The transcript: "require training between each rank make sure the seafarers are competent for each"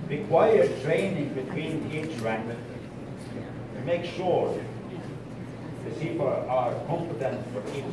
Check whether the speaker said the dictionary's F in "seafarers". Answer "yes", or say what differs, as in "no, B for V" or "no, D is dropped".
no, P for F